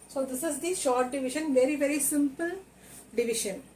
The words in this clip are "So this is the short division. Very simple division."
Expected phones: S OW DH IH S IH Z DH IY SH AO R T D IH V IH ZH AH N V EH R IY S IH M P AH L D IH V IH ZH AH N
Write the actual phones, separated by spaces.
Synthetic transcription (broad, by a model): S OW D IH S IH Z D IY SH AO R T D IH V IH SH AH N V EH R IY S IH M P AH L D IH V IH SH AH N